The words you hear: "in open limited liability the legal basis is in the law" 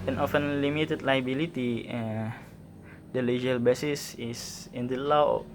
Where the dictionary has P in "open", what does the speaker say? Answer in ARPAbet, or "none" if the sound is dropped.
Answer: F